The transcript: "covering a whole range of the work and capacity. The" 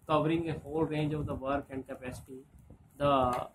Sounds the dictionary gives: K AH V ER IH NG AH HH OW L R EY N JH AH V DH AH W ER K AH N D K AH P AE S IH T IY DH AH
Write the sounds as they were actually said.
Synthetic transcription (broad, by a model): K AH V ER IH NG AH HH OW L R EY N JH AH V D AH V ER K AH N D K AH P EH S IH T IY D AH